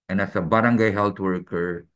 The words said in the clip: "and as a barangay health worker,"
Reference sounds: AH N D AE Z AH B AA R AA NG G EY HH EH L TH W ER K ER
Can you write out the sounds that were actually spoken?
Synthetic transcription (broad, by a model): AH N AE S AH B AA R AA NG G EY HH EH L T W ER K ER